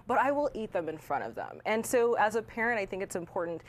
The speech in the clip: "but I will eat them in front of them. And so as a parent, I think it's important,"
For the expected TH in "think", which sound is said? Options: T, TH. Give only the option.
TH